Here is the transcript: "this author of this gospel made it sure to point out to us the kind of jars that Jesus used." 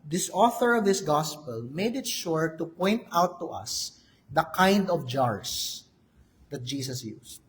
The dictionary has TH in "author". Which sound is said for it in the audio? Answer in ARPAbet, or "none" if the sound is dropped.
TH